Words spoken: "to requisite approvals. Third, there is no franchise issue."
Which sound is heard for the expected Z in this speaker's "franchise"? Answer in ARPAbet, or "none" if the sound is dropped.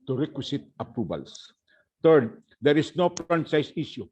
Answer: S